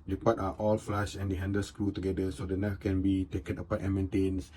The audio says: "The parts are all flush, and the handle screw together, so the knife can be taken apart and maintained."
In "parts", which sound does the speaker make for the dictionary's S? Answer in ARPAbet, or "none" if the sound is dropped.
none